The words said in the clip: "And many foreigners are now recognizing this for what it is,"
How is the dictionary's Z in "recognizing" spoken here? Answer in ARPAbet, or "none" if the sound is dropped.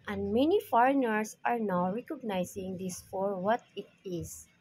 S